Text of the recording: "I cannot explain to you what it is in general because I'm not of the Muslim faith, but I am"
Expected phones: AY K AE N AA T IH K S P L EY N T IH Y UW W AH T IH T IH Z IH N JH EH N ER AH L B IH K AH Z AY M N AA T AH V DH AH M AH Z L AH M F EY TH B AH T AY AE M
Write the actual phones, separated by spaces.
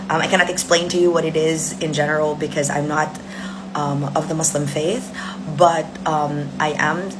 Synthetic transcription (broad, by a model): AY K AE N AA T IH K S P L EY N T IH Y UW W AH T IH T IH Z IH N JH EH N ER L B IH K AH Z AY M N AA T AH V DH AH M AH S L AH M F EY TH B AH T AY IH M